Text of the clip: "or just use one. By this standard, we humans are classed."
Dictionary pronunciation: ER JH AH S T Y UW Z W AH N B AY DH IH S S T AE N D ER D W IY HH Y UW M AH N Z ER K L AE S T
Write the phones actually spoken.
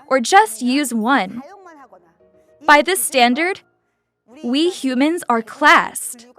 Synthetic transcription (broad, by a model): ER JH AH S T Y UW Z W AH N B AY DH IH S S T AE N D ER D W IY HH Y UW M AH N Z ER K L AE S T